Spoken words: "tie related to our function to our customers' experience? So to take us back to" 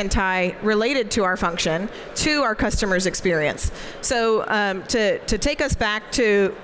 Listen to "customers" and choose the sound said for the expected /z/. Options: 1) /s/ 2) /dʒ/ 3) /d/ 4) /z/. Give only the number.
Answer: 4